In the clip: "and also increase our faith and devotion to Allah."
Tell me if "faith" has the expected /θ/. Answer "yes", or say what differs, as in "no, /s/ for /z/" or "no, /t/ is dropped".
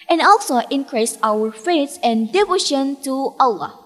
no, /s/ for /θ/